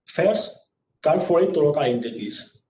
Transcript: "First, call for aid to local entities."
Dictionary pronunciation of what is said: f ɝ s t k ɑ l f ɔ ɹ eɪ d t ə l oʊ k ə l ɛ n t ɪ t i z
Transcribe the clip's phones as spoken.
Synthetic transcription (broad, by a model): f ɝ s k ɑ n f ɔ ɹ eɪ t ə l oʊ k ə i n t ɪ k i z